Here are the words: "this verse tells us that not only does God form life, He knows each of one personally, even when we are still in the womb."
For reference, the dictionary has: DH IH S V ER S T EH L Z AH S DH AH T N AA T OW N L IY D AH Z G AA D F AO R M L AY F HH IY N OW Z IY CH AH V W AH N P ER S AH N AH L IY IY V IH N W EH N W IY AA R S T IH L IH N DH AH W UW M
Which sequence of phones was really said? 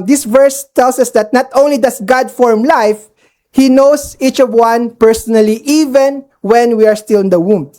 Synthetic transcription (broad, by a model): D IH S V ER S T EH L S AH S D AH T N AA T OW N L IY D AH S G AA D F AO R M L AY F HH IY N OW S IY CH AH V W AH N P ER S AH N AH L IY IY V IH N W EH N W IY AA R S T IH L IH N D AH W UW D